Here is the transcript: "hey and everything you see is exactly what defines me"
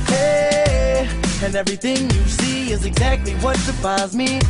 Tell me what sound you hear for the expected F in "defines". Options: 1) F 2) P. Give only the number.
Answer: 2